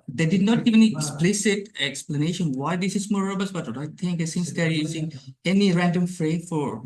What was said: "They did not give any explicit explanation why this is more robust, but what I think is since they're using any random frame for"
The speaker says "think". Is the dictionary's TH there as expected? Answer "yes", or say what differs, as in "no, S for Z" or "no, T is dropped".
no, T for TH